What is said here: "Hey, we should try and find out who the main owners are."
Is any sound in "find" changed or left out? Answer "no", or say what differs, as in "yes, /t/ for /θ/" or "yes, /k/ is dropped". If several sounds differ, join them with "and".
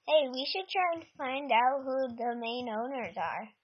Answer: no